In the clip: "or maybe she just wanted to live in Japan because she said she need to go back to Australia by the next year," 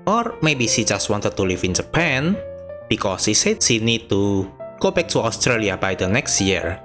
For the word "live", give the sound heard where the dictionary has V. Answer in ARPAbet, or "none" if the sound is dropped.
F